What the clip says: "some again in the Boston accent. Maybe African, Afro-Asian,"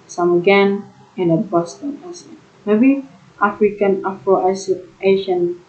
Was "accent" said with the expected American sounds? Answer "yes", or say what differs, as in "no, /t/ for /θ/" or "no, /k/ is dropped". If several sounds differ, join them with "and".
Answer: no, /k/ is dropped